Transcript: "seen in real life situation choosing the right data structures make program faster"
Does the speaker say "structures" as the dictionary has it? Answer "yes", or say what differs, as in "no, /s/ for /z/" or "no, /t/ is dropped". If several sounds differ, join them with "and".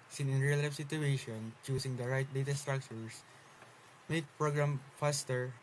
no, /s/ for /z/